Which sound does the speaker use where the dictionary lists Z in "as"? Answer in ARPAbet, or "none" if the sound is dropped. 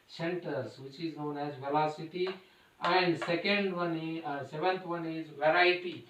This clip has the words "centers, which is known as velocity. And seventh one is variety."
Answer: Z